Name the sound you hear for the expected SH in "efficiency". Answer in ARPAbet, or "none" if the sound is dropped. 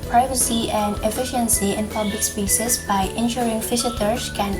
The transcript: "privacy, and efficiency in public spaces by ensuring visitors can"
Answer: SH